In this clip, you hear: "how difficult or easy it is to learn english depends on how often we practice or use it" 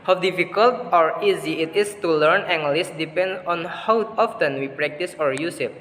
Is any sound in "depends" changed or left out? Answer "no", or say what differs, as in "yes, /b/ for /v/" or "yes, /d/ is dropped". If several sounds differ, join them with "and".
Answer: yes, /z/ is dropped